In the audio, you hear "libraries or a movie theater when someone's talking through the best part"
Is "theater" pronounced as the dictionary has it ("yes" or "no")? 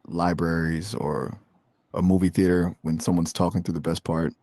yes